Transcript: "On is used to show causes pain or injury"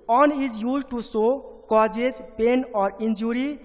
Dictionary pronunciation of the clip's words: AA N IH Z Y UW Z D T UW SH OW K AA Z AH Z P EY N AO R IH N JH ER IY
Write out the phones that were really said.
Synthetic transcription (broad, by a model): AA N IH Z Y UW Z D T UW S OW K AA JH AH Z P EY N AO R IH N JH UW IY